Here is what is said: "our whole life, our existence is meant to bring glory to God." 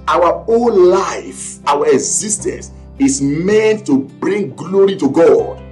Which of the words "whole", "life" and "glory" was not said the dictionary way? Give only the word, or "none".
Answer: whole